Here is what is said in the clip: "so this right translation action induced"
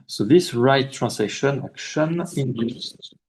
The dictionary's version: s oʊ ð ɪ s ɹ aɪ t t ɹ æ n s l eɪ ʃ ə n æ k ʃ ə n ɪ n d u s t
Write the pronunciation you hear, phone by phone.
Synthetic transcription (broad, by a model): s oʊ ð ɪ s ɹ aɪ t t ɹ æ n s eɪ ʃ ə n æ k ʃ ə n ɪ n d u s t